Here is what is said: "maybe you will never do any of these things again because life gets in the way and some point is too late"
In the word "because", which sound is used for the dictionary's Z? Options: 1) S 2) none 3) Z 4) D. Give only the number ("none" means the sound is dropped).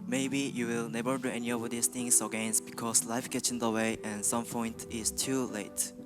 1